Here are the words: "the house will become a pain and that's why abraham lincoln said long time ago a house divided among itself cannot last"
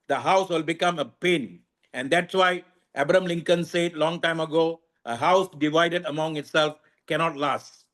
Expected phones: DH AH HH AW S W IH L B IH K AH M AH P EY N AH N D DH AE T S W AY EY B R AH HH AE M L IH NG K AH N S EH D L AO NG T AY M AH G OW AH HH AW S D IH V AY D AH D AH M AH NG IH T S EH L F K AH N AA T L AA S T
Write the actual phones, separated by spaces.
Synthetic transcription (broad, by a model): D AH HH AW S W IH L B IH K AH M AH P EY N AH N D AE T S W AY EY B R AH M L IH NG K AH N S EH D L AO NG T AY M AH G OW AH HH AW S D IH V AY D AH D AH M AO NG IH T S EH L F K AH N AA T L AA S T